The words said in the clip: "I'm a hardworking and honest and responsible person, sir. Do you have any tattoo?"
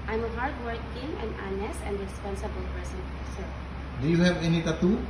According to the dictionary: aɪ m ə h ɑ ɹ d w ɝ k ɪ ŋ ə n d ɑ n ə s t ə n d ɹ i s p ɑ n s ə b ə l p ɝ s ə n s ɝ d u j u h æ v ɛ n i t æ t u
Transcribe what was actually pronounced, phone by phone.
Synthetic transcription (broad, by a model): aɪ m ə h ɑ ɹ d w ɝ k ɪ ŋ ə n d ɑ n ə s ə n d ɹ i s p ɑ n s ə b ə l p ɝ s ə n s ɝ d u j u h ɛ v ɛ n i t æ t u